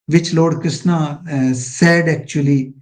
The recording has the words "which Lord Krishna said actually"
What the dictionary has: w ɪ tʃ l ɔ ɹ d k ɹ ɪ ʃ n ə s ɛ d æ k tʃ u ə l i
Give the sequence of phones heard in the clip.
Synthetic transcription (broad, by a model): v ɪ tʃ l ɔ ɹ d k ɪ s n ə s ɛ d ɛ k tʃ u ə l i